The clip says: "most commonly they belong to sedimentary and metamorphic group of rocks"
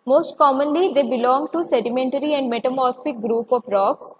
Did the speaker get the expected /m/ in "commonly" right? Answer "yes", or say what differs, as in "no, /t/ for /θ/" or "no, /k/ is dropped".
yes